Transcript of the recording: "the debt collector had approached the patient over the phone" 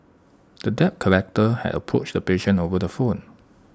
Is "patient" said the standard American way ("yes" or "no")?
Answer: no